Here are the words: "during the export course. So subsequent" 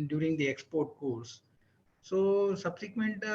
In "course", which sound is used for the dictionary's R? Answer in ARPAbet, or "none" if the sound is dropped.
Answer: L